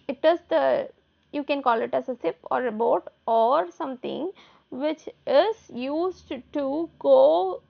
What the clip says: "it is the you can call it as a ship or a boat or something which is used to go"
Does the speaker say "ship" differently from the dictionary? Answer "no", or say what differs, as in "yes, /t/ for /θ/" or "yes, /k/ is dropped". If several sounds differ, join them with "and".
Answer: yes, /s/ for /ʃ/